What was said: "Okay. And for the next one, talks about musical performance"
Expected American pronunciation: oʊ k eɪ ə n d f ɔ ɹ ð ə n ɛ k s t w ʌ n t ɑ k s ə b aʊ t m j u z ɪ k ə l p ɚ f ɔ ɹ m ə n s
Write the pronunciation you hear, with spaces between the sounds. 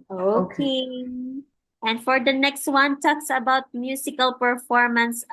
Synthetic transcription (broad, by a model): oʊ k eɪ ə n d f ɔ ɹ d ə n ɛ k s t w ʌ n t ɑ k s ə b aʊ t m j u s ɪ k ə l p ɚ f ɔ ɹ m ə n s